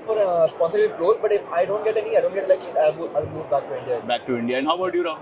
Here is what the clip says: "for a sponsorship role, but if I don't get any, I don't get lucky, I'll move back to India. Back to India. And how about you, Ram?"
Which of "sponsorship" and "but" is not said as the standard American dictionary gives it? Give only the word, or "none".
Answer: sponsorship